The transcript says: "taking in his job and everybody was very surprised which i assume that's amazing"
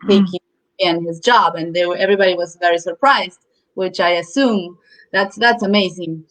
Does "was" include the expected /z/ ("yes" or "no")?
yes